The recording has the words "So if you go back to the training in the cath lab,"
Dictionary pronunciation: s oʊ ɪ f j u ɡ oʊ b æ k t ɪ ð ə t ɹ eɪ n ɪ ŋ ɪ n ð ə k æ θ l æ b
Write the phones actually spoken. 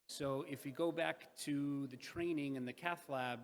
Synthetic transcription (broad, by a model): s oʊ ɪ f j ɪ ɡ oʊ b æ k t ɪ ð ə t ɹ eɪ n ɪ ŋ ɪ n ð ə k æ θ l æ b